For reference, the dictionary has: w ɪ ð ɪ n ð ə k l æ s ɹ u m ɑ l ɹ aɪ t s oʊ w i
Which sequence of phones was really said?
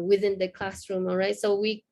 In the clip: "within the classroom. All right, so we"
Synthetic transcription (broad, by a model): w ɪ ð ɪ n ð ə k l æ s ɹ u m ɑ l ɹ aɪ t s oʊ w i